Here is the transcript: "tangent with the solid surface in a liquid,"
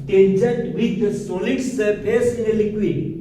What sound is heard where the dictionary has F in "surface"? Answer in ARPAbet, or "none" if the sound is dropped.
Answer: P